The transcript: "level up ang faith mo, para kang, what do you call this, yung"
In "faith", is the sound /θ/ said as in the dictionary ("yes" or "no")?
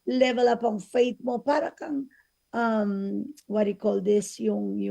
no